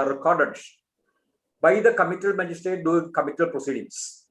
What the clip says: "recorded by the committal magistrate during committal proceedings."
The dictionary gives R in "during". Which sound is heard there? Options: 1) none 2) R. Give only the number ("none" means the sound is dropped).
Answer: 1